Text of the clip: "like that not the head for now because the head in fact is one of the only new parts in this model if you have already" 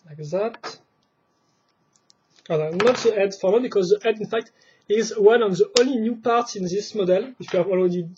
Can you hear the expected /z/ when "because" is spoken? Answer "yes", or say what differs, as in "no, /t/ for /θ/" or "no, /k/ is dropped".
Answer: yes